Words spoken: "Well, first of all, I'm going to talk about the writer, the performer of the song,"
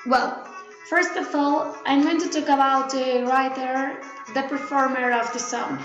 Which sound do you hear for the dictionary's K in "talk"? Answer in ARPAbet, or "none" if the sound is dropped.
none